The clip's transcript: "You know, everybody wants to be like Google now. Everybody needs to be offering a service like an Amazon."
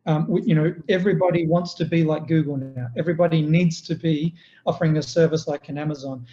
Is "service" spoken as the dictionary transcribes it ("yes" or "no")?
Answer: yes